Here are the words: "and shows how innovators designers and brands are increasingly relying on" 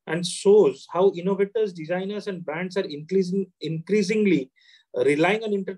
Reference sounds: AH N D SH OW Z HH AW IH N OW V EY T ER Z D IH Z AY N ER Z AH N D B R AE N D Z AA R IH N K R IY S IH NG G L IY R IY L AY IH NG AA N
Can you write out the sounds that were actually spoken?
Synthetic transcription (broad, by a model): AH N D S OW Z HH AW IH N OW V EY T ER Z D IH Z AY N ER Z AH N D B R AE N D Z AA R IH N K R IY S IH NG G L IY R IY L AY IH NG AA N